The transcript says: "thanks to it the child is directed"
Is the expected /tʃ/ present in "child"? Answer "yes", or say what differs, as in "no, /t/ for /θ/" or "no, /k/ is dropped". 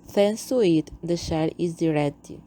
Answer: no, /ʃ/ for /tʃ/